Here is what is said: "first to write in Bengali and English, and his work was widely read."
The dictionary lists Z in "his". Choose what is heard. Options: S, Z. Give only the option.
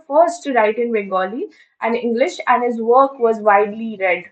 Z